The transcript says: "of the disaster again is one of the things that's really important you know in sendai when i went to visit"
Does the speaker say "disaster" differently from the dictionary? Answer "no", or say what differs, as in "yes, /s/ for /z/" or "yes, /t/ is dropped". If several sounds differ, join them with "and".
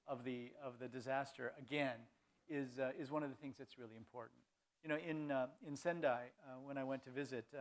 no